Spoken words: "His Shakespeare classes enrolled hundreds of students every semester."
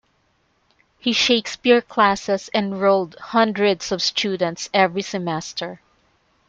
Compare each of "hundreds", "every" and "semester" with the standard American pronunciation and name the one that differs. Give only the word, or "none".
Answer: hundreds